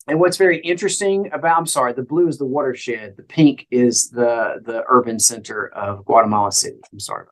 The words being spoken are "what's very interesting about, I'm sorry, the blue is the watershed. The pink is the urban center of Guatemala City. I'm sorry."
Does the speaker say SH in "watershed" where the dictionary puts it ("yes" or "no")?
yes